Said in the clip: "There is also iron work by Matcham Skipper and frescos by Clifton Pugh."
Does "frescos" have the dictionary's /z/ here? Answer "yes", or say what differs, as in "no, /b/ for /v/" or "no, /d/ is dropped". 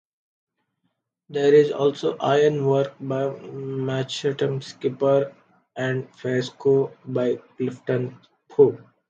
no, /z/ is dropped